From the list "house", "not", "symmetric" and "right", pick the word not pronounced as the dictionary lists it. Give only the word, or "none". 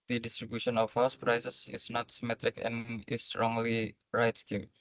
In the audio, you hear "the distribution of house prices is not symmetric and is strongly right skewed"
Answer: none